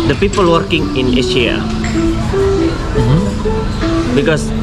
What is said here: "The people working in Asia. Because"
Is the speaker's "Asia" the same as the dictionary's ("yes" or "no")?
no